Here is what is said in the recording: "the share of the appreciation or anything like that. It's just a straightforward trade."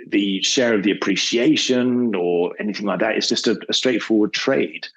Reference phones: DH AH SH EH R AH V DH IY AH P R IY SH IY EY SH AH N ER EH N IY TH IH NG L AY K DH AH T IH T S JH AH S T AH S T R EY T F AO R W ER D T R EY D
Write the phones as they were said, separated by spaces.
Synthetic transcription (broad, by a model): DH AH SH EH R AH V DH IY AH P R IY SH IY EY SH AH N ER EH N IY TH IH NG L AY K DH AH T IH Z JH AH S T AH S T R EY T F AO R W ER D T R EY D